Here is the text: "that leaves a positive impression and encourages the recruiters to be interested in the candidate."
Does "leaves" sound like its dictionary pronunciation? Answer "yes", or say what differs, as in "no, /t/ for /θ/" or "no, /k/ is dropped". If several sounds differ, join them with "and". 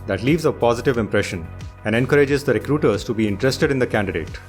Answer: yes